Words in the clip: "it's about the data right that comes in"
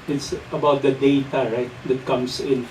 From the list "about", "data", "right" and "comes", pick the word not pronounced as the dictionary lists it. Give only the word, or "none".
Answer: comes